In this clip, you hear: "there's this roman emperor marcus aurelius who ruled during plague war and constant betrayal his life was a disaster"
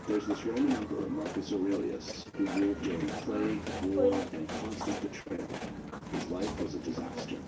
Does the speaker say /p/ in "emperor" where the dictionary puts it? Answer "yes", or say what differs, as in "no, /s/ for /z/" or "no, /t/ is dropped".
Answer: no, /b/ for /p/